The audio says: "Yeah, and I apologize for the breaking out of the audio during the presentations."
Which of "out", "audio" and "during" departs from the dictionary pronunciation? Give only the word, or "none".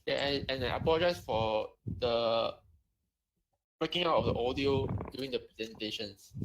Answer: during